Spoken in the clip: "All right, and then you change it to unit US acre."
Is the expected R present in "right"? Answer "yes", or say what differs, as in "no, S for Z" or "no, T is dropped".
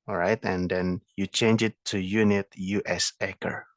yes